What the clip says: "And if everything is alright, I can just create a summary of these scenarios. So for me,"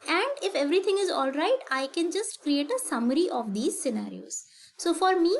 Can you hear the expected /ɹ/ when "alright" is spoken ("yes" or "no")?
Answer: yes